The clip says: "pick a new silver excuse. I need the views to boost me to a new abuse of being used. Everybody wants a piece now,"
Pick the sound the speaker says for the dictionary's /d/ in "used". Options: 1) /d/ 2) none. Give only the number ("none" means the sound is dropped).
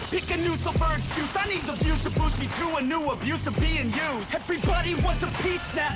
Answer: 2